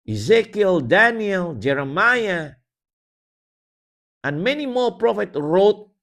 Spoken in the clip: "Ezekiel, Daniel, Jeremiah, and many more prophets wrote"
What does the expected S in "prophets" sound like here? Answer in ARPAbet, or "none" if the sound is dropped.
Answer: none